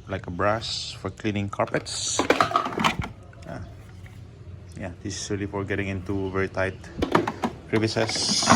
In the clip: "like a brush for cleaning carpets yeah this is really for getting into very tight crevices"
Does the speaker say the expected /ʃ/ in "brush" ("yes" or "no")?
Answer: no